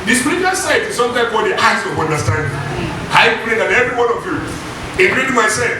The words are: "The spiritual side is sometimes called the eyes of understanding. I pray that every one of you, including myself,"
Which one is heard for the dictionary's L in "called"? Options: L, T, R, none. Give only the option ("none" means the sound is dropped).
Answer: none